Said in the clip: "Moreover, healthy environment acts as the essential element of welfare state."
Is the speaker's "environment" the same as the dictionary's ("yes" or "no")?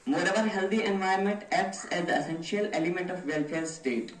no